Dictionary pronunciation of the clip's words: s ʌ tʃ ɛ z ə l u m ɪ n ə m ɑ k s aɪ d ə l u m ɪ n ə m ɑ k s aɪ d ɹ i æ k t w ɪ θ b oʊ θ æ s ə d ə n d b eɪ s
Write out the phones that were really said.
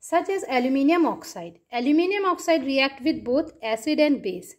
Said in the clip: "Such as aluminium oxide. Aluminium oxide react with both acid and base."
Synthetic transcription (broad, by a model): s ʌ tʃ ɛ z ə l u m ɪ n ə m ɑ k s aɪ d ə l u m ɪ n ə m ɑ k s aɪ d ɹ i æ k t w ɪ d b oʊ t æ s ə d ə n d b eɪ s